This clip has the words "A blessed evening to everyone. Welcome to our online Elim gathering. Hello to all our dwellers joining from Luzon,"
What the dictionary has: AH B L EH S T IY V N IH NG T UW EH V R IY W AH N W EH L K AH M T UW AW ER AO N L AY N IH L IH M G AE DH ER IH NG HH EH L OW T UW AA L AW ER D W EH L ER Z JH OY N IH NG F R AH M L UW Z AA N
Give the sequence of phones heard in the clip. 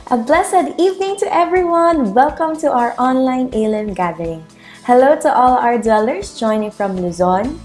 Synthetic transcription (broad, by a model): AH B L EH S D IY V N IH NG T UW EH V R IY W AH N W EH L K AH M T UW AW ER AO N L AY N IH L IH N G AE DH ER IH NG HH EH L OW T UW AA L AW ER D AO L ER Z JH OY N IH NG F R AH M L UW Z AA N